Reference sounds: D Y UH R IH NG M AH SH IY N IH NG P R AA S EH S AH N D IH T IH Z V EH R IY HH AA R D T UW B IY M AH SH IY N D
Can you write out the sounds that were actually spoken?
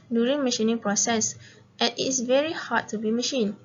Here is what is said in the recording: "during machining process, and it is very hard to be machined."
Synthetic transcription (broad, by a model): D Y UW R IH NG M AH SH IY N IH NG P R AA S EH S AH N IH T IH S V EH R IY HH AA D T UW B IY M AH SH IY N